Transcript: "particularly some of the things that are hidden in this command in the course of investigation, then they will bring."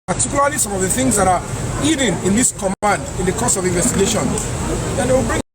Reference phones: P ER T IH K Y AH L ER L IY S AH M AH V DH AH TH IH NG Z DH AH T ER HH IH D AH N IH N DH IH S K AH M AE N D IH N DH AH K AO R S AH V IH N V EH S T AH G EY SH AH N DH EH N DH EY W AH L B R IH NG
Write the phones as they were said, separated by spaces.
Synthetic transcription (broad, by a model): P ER T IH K Y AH L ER L IY S AH M AH V DH AH TH IH NG Z DH AH T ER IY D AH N IH N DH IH S K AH M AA N D IH N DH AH K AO S AH V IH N V EH S T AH G EY SH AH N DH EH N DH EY W AH L B R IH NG